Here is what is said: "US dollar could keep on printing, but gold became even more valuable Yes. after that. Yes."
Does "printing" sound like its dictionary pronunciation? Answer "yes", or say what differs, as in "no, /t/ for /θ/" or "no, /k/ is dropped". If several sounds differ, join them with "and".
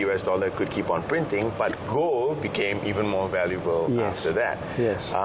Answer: yes